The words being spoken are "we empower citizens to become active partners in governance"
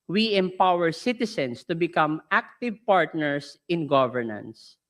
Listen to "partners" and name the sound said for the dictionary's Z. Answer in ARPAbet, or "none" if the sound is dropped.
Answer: S